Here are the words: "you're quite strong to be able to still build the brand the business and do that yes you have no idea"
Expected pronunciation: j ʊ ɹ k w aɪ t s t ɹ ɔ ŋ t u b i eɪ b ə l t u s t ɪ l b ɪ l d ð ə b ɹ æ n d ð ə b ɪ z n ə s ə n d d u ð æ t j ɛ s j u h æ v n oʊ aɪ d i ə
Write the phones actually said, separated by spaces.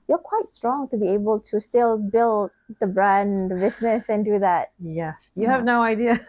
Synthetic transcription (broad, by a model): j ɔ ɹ k w aɪ t s t ɹ ɔ ŋ t u b i eɪ b ə l t u s t ɪ l b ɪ l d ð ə b ɹ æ n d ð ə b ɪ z n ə s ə n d d u ð æ t j ɛ s j u h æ v n oʊ aɪ d i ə